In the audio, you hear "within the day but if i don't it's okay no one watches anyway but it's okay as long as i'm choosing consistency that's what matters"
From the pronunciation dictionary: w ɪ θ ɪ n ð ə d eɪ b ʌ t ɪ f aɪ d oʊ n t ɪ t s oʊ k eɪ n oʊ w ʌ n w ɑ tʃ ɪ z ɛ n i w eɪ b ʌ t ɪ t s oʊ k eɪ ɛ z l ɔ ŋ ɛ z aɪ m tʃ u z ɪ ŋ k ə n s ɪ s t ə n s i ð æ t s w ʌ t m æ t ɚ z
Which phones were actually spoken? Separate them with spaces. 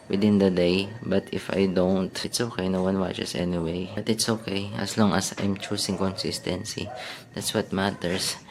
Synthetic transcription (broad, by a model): w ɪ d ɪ n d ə d eɪ b ʌ t ɪ f aɪ d oʊ n t ɪ t s oʊ k eɪ n oʊ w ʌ n w ɑ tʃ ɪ s ɛ n i w eɪ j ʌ t ɪ t s oʊ k eɪ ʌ s l ɔ ŋ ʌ s aɪ m tʃ u s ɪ ŋ k ə n s ɪ s t ə n s i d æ t s w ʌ t m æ t ɚ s